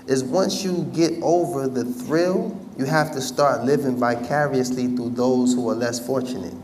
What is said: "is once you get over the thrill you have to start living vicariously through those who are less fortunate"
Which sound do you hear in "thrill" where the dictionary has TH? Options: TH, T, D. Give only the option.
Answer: TH